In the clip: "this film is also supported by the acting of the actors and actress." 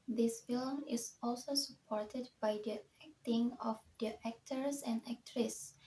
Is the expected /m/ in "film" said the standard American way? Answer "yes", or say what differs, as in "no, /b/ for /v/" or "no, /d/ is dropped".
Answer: yes